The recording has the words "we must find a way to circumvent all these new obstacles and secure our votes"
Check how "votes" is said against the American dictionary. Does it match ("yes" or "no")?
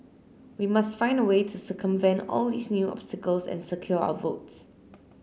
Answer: yes